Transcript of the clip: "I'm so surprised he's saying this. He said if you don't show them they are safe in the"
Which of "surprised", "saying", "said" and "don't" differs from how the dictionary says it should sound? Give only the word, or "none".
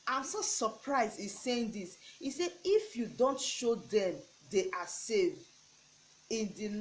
said